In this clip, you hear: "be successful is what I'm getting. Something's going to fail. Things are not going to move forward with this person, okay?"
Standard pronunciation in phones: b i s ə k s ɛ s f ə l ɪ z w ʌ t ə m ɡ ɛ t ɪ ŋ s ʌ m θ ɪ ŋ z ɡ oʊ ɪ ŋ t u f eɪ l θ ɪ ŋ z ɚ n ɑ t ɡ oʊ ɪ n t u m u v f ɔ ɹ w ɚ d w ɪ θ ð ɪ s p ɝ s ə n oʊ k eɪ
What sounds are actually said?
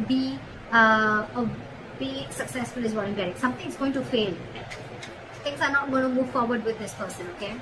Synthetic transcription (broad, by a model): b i s ə k s ɛ s f ə l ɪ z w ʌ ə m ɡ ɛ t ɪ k s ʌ m t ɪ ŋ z ɡ oʊ ɪ ŋ t u f eɪ l t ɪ ŋ s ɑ n ɑ t ɡ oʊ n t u m u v f ɔ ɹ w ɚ d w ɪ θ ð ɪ s p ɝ s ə n oʊ k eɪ